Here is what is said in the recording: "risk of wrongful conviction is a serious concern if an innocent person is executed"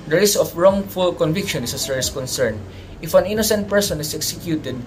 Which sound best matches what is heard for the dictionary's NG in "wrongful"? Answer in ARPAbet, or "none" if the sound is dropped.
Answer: NG